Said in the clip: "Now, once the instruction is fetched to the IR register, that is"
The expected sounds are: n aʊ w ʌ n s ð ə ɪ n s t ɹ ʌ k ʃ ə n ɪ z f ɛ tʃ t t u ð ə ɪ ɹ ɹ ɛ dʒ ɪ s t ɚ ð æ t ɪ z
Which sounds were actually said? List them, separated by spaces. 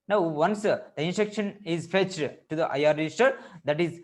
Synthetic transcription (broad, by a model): n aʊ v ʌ n s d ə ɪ n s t ʌ k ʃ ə n ɪ z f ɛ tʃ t t u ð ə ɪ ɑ ɹ ɛ dʒ ɪ s t ɚ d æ t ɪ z